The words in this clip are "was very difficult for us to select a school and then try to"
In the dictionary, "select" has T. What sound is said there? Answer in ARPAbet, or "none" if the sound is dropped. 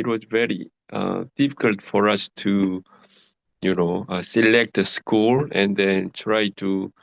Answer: T